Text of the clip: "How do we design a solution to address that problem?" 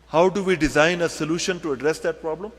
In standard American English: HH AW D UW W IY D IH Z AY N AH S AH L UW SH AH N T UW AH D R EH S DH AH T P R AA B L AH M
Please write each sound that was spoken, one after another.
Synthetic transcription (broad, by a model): HH AW D UW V IY D IH Z AY N AH S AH L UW SH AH N T UW AH D R EH S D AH T P R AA B L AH M